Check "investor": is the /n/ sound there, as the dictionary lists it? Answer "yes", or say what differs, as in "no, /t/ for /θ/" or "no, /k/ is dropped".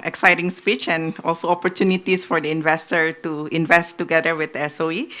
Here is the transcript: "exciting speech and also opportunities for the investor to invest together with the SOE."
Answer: yes